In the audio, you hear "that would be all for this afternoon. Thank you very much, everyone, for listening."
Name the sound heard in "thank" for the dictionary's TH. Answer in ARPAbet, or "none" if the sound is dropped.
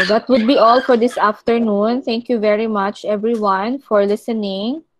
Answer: T